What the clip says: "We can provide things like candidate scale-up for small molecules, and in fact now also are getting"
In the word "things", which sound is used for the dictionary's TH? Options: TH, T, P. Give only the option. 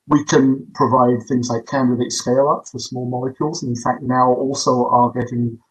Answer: TH